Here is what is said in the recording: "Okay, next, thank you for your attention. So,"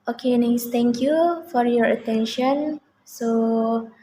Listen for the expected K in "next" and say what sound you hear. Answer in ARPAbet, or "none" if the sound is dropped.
none